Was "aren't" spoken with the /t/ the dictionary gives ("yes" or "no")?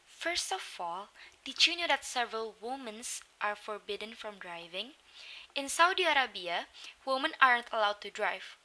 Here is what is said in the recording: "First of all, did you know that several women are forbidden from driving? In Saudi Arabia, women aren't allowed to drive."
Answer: yes